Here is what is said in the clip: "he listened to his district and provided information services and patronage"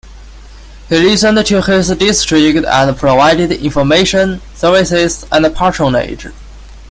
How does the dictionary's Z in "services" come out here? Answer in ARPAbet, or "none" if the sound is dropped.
S